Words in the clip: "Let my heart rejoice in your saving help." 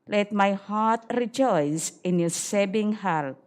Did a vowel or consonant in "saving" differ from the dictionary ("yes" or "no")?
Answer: yes